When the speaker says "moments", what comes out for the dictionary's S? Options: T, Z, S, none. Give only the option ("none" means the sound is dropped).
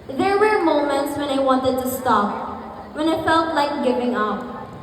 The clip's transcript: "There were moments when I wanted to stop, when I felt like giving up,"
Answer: S